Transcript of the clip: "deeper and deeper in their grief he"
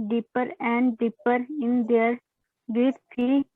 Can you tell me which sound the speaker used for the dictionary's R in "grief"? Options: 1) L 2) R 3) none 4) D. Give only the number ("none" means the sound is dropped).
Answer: 3